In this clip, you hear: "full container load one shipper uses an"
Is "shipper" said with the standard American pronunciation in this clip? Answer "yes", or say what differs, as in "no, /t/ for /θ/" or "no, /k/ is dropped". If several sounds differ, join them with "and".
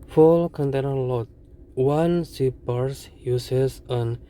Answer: no, /s/ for /ʃ/